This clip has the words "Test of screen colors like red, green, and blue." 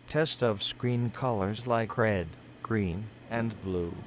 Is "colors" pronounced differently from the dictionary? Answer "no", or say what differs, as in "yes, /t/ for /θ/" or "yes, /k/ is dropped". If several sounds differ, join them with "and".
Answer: no